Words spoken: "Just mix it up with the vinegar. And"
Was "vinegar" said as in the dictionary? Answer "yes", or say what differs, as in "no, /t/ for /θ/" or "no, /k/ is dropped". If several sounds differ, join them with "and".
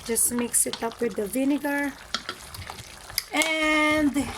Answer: yes